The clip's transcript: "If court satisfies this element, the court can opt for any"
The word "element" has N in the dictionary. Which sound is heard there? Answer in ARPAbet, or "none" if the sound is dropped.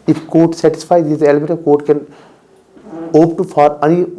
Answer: none